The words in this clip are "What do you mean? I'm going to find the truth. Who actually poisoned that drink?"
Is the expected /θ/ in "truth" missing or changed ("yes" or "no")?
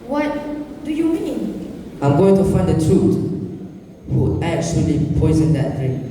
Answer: yes